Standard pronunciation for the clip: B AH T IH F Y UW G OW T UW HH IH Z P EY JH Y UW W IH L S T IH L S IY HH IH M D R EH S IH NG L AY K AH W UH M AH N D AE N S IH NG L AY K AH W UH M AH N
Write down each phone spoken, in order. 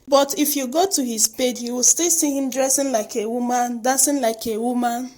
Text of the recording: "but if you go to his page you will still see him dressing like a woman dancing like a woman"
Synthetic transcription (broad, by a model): B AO T IH F Y UW G OW T UW HH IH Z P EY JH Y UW W IH L S T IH L S IY HH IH M D R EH S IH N L AY K AH W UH M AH N D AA S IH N L AY K AH W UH M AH N